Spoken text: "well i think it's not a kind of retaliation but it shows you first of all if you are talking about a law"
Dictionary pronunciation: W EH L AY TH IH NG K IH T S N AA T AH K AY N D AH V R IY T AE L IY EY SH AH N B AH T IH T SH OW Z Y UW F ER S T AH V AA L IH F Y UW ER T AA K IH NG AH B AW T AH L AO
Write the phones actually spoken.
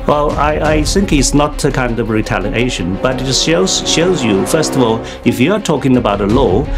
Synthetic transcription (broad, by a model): W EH L AY TH IH NG K IH T S N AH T AH K AY N D AH V R IY T AE L IY EY SH AH N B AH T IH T SH OW Z Y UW F ER S T AH V AA L IH F Y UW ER T AA K IH NG AH B AW T AH L AO